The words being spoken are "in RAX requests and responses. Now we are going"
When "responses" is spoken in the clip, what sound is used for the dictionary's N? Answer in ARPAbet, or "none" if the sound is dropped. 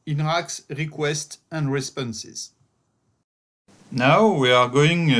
N